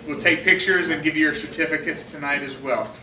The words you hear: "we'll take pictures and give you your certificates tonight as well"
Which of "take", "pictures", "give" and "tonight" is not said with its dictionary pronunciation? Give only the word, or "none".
none